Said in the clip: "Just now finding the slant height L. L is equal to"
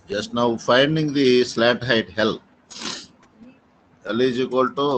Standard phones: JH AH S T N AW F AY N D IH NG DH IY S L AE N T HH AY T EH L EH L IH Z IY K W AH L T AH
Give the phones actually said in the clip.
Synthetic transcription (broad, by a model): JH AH S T N AW F AY N D IH NG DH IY S L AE T HH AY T EH L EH L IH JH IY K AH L T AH